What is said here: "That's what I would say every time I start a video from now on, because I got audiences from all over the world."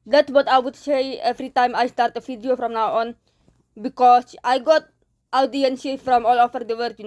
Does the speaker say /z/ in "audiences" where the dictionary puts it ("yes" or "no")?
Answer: no